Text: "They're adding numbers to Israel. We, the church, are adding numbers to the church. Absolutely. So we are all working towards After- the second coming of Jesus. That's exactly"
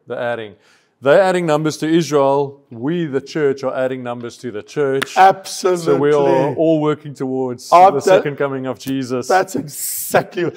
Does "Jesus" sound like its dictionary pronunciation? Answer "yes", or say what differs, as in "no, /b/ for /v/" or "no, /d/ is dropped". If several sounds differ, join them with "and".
yes